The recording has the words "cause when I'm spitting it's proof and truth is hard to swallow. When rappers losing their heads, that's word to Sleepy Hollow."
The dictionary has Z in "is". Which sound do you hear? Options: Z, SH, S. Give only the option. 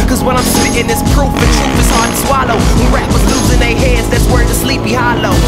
S